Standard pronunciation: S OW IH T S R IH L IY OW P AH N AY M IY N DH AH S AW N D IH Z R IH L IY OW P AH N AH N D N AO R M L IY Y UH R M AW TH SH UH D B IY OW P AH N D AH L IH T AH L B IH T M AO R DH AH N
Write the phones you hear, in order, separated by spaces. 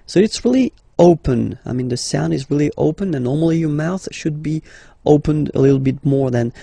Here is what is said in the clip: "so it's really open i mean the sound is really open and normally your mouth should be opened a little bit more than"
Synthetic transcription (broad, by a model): S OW IH T S R IH L IY OW P AH N AY M IY N DH AH S AW N D IH Z R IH L IY OW P AH N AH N N AO R M L IY Y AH R M AW TH SH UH D B IY OW P AH N D AH L IH T L B IH T M AO R DH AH N